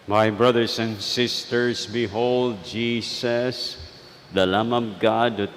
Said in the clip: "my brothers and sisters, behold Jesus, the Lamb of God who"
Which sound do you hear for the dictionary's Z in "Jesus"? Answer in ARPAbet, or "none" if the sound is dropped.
S